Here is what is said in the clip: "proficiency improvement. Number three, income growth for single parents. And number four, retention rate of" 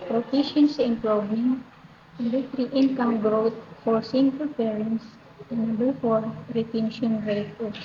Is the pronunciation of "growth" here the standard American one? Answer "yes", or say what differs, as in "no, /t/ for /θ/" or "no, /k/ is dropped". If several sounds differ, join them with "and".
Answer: no, /t/ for /θ/